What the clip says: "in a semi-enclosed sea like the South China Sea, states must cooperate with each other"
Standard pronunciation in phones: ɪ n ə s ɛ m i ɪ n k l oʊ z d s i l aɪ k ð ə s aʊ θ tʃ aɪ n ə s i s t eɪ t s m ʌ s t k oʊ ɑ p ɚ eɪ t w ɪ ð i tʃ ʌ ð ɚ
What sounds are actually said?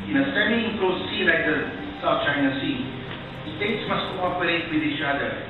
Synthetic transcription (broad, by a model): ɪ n ə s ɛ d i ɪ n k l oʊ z s i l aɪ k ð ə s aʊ f tʃ aɪ n ə s i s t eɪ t s m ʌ s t k oʊ ɑ p ɚ eɪ t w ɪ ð i tʃ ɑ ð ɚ